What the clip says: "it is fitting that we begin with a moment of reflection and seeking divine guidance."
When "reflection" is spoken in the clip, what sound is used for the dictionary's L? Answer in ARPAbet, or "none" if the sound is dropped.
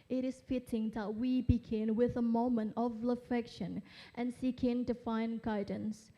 none